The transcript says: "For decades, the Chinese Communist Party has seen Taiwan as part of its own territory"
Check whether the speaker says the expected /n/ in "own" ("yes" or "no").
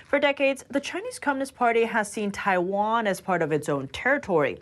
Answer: yes